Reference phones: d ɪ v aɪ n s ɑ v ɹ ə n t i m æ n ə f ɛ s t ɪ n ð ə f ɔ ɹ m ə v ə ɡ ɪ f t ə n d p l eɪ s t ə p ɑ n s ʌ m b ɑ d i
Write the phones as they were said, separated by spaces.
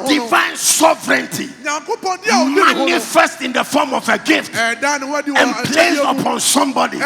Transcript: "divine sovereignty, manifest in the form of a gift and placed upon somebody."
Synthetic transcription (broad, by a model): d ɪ v aɪ n s ɑ v ɹ ə n t i m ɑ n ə f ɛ s t ɪ n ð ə f ɔ m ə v ə ɡ ɪ f t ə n p l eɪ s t ə p ɑ n s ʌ m b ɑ d i